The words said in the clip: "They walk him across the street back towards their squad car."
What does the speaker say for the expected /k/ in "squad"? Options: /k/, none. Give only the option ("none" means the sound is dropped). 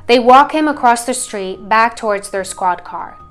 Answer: /k/